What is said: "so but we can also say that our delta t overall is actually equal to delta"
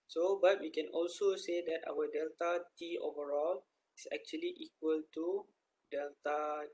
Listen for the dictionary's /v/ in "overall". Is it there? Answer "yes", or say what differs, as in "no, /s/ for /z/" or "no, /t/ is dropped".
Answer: yes